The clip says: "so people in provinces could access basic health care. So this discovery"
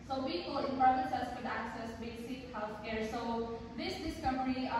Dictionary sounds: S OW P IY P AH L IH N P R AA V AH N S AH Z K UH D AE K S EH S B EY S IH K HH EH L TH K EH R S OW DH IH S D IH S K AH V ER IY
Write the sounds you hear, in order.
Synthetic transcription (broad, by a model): S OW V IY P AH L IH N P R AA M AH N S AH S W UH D AE K S EH S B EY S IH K HH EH L T K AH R S OW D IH S D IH S K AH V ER IY